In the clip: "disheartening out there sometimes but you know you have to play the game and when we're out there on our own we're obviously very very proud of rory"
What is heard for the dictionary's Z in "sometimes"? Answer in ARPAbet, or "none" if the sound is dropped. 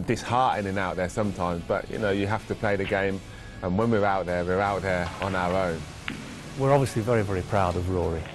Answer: Z